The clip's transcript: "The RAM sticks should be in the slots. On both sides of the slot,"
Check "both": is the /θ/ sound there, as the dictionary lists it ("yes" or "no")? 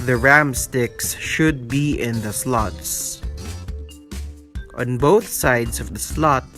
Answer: yes